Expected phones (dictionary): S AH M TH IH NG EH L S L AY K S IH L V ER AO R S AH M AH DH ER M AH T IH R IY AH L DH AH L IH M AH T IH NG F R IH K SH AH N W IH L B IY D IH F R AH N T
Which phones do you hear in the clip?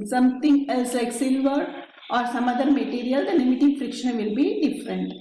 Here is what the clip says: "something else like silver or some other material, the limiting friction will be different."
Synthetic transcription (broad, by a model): S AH M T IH NG EH L S L AY K S IH L V ER AO R S AH M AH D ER M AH T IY R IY AH L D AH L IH M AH T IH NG F R IH K SH AH N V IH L B IY D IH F R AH N T